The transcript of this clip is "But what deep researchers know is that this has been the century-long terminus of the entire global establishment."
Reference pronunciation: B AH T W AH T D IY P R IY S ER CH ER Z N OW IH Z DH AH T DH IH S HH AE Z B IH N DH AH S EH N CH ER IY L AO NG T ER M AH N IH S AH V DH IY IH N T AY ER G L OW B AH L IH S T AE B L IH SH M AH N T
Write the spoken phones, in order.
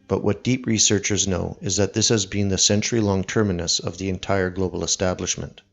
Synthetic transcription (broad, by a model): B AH T W AH T D IY P R IY S ER CH ER Z N OW IH Z DH AH T DH IH S HH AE Z B IH N DH AH S EH N CH ER IY L AO NG T ER M AH N IH S AH V DH IY IH N T AY ER G L OW B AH L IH S T AE B L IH SH M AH N T